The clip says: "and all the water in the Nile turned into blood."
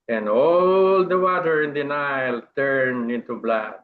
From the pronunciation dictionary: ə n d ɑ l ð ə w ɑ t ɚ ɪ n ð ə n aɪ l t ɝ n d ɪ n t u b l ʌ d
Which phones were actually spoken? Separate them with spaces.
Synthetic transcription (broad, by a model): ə n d ɑ l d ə w ɑ t ɚ ɪ n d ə n aɪ l t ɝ n ɪ n t u b l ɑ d